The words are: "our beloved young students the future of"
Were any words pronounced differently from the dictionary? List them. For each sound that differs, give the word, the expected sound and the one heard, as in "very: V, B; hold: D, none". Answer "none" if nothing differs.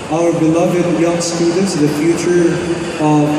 none